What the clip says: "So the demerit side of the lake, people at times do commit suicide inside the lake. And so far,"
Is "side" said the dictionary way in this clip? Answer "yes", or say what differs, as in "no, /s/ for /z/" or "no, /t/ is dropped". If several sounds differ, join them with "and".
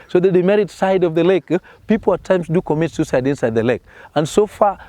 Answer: yes